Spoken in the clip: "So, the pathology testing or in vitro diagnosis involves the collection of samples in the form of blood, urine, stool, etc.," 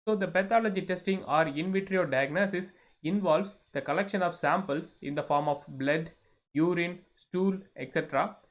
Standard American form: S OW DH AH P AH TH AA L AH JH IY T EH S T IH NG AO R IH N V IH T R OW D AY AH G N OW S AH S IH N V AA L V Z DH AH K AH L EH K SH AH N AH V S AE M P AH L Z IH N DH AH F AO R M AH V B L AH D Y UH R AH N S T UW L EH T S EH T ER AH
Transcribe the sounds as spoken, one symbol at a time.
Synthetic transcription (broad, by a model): S OW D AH P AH T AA L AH JH IY T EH S T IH NG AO R IH N V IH T R OW D AY AH G N OW S AH S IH N V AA L V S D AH K AH L EH K SH AH N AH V S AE M P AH L S IH N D AH F AO R M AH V B L AH D Y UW R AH N S T UW L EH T S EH T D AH